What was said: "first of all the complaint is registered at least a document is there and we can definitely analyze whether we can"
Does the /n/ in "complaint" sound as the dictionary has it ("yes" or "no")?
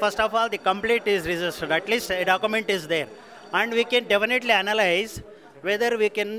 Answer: no